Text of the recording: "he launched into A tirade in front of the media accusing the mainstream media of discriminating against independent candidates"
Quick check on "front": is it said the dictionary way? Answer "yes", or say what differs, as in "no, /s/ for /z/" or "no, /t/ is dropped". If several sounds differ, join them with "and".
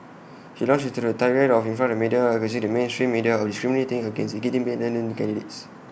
no, /ɹ/ is dropped